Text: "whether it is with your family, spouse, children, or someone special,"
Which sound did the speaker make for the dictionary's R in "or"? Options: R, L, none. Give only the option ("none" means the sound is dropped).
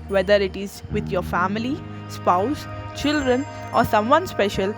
R